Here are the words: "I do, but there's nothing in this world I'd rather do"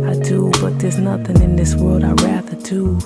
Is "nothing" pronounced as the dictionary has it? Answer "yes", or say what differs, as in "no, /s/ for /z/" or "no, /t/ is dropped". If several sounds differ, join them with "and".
yes